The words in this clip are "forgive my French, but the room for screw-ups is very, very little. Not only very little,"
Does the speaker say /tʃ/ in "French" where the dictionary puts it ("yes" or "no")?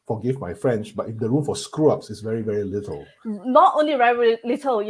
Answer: no